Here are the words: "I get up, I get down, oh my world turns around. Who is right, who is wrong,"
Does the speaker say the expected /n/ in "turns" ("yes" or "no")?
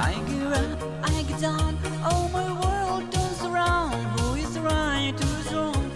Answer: no